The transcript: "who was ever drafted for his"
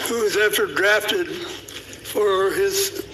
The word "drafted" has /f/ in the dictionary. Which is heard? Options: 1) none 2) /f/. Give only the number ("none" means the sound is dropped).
2